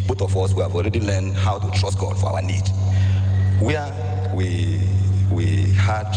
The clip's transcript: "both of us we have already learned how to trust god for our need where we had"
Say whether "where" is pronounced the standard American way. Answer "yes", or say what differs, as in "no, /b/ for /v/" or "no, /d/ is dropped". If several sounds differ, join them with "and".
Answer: no, /w/ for /ɹ/